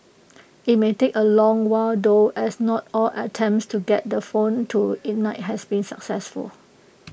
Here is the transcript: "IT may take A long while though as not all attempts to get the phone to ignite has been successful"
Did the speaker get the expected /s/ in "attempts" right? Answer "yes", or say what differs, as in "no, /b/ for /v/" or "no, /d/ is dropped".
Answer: yes